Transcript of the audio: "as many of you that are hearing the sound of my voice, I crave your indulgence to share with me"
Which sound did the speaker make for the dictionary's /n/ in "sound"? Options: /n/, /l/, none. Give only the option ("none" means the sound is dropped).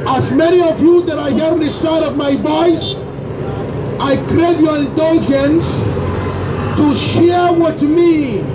none